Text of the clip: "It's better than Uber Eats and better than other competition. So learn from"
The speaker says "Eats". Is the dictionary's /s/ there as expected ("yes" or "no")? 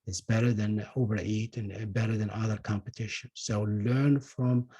no